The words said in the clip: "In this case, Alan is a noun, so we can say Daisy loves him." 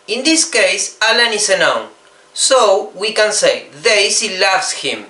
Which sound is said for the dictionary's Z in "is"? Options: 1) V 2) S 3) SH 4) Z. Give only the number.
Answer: 2